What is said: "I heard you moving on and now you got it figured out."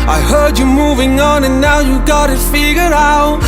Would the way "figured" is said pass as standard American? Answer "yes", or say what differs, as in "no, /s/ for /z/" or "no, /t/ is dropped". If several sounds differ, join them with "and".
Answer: no, /d/ is dropped